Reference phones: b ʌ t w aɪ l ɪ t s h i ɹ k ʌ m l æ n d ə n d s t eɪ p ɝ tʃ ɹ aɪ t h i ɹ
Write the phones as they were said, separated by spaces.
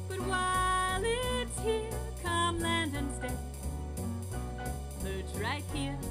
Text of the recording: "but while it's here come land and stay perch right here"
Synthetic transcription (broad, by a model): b ʌ t w aɪ l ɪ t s h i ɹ k ʌ m l æ n d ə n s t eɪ b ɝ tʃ ɹ aɪ t h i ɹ